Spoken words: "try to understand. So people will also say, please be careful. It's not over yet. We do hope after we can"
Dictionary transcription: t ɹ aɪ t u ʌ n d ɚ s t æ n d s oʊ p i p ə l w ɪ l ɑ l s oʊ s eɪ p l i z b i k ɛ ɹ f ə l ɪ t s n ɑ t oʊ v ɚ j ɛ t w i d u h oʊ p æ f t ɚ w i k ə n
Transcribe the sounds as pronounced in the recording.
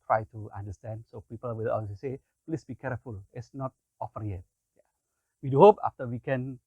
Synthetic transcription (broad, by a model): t ɹ aɪ t u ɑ n d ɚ s t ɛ n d s oʊ p i p ə l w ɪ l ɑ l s s eɪ p l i s b i k ɛ ɹ f ə l ɪ t s n ɑ t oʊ f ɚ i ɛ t w i d u h oʊ p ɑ f t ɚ w i k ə n